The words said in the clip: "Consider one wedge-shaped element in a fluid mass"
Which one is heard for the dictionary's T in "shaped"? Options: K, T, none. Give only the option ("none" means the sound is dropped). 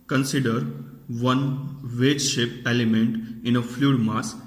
none